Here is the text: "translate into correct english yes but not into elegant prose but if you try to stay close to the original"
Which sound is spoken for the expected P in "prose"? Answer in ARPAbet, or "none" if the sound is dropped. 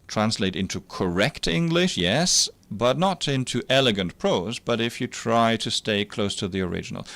P